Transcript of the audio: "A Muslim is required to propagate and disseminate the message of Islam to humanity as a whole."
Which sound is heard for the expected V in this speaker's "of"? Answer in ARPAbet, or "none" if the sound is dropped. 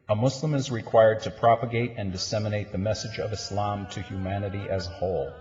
V